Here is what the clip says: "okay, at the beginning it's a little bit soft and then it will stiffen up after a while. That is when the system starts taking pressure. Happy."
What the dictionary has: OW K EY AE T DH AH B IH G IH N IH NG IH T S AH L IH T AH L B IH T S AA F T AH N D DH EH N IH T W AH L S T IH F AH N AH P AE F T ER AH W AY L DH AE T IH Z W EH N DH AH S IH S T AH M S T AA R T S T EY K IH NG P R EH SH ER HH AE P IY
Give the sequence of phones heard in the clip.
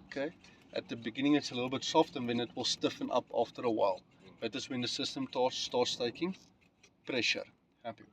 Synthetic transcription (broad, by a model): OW K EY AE T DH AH B IH G IH N IH NG IH T S AH L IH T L B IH T S AA F T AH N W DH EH N IH T W AH L S T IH F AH N AH P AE F T ER AH W AY L DH AE T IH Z W EH N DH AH S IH S T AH M S T AA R T S T EY K IH NG P R EH SH ER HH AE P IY